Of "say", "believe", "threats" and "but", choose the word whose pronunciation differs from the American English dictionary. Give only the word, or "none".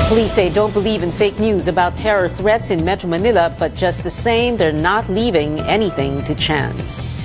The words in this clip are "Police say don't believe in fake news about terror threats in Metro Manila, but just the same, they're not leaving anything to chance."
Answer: none